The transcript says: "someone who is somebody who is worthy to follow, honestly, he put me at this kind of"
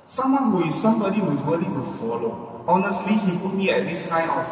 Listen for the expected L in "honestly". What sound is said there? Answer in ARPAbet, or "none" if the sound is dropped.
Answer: L